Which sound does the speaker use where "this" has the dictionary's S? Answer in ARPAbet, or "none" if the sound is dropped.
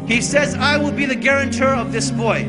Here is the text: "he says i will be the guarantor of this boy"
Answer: S